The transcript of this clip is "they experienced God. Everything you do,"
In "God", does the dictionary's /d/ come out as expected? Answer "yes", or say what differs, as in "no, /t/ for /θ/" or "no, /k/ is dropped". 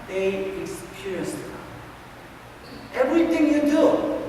no, /d/ is dropped